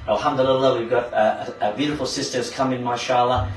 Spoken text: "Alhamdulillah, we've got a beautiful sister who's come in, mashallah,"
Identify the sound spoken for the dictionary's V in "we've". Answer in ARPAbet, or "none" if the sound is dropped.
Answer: V